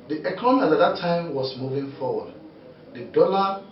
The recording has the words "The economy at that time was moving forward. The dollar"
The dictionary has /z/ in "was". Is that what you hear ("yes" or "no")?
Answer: no